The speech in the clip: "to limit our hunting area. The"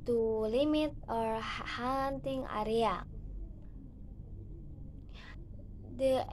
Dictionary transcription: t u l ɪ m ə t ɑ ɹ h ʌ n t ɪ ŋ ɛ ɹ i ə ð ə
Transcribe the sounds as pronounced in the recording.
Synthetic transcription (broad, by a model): t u l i m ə t ɑ ɹ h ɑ n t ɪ ŋ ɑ ɹ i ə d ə